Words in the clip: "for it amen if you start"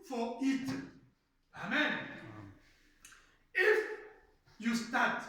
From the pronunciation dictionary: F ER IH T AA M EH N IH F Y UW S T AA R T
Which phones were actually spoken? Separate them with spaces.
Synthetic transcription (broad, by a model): F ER IH T AA M EH N IH F Y UW S T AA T